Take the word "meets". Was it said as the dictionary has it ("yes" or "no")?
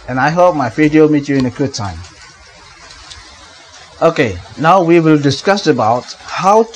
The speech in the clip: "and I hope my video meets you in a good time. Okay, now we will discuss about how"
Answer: no